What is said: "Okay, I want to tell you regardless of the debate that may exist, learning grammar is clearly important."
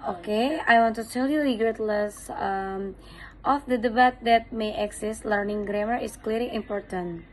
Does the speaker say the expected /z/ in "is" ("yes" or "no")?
no